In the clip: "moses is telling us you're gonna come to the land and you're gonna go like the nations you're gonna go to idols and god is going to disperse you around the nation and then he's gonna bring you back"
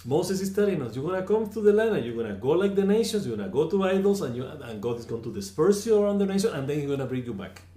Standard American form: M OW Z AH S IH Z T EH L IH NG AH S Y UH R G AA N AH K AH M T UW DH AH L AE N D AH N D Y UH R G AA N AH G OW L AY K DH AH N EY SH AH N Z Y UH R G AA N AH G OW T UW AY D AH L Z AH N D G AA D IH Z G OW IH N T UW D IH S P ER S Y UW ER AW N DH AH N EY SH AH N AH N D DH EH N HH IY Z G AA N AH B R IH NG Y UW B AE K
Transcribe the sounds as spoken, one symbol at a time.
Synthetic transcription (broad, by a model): M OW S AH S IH S T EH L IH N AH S Y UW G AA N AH K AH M T UW DH AH L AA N AH Y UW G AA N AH G OW L AY K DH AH N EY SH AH N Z Y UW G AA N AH G OW T UW AY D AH L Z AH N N G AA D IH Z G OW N T UW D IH S P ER S Y UW ER AW N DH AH N EY SH AH N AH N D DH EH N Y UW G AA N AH B R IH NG Y UW B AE K